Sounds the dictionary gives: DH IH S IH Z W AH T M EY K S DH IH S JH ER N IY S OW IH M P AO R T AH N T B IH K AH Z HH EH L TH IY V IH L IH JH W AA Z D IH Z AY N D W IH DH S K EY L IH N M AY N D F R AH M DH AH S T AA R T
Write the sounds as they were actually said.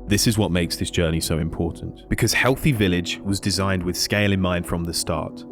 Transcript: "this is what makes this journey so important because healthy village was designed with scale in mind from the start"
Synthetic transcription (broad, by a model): DH IH S IH Z W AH T M EY K S DH IH S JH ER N IY S OW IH M P AO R T N T B IH K AH Z HH EH L TH IY V IH L IH JH W AA Z D IH Z AY N D W IH DH S K EY L IH N M AY N D F R AH M DH AH S T AA R T